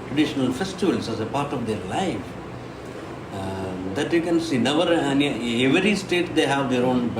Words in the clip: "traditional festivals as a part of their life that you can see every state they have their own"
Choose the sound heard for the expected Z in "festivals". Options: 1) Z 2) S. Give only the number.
2